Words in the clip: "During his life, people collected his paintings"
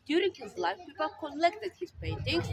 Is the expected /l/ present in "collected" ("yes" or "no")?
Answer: no